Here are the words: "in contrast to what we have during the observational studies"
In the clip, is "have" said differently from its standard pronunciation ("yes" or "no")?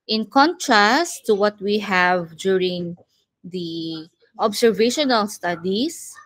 no